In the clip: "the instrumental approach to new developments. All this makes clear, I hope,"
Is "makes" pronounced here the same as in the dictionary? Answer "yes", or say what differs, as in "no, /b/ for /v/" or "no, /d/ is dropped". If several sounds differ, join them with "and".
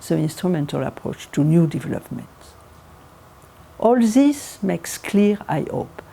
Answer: yes